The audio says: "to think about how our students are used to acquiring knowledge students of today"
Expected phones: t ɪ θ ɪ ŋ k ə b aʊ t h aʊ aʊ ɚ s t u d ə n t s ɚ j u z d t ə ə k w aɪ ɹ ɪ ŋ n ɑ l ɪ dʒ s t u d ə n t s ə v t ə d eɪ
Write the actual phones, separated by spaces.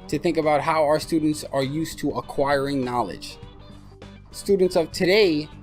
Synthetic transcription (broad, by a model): t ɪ θ ɪ ŋ k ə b aʊ t h aʊ aʊ ɚ s t u d n t s ɚ j u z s t ə ə k w aɪ ɹ ɪ ŋ n ɑ l ɪ dʒ s t u d n t s ə v t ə d eɪ